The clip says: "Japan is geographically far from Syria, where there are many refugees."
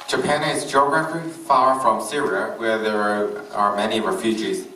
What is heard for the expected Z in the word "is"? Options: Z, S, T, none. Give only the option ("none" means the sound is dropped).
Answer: Z